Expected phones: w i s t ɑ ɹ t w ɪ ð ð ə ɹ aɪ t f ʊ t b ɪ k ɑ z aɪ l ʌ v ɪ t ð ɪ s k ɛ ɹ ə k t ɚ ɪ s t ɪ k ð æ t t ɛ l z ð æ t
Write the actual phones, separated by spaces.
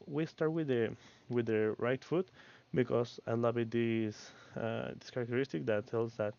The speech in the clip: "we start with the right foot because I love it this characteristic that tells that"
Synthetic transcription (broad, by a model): w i s t ɑ ɹ t w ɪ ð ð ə ɹ aɪ t f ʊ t b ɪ k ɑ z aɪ l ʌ b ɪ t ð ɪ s k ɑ ɹ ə k t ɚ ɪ s t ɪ k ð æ t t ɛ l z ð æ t